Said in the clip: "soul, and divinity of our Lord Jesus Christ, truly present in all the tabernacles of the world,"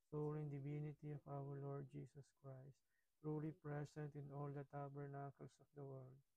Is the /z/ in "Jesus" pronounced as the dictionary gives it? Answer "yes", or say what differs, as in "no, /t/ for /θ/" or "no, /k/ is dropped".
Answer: no, /s/ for /z/